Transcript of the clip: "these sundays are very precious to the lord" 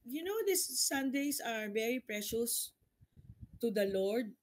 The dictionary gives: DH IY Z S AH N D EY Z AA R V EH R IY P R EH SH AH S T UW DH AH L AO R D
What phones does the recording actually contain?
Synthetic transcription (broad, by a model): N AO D S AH N D EY S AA R V EH R IY P R EH SH AH S T UW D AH L AO R D